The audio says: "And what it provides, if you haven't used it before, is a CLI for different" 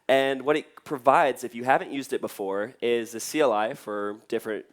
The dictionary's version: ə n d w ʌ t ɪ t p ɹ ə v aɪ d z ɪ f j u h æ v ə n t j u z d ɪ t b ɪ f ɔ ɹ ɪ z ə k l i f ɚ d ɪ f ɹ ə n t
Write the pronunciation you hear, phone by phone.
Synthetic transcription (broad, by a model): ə n w ʌ t ɪ t p ɹ ə v aɪ d z ɪ f j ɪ h æ v ə n t j u z d ɪ t b ɪ f ɔ ɹ ɪ z ə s l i f ɚ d ɪ f ɹ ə n t